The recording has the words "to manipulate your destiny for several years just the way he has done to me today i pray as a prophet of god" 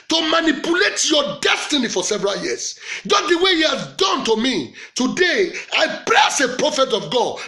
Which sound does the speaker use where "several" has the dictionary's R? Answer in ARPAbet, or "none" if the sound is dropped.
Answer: R